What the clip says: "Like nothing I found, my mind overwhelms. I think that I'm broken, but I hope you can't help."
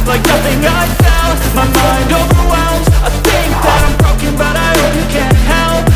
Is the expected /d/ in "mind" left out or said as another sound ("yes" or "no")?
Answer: no